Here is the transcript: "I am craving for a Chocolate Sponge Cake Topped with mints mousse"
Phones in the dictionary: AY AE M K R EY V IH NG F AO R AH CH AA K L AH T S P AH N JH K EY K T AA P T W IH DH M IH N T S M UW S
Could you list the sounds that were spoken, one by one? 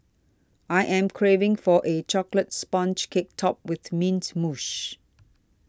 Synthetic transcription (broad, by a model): AY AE M K R EY V IH NG F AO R AH CH AA K L AH T S P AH N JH K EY K T AA P W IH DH M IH N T M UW SH